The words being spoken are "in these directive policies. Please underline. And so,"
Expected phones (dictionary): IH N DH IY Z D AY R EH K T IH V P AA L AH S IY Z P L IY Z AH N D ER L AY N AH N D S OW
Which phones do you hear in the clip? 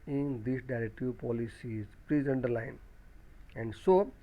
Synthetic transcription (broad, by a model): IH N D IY S D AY R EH K T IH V P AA L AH S IY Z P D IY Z AH N D ER L AY N AH N D S OW